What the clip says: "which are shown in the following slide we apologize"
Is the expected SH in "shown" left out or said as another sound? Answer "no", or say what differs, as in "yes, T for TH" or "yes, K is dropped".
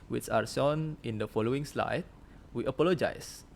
yes, S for SH